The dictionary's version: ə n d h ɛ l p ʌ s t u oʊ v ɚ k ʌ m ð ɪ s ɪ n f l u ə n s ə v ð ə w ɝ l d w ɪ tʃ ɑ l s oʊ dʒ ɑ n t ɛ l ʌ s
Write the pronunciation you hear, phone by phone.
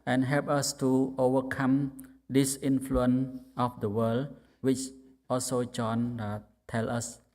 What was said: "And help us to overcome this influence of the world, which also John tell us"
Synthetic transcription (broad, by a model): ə n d h ɛ l p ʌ s t u oʊ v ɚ k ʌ m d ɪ s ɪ n f l u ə n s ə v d ə w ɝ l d w ɪ tʃ ɑ l s oʊ dʒ ɑ n t ɛ l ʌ s